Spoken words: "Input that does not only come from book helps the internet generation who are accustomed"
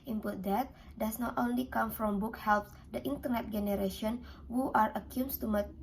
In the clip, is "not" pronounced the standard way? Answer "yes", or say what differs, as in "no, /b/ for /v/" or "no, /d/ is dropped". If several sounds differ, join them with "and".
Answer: yes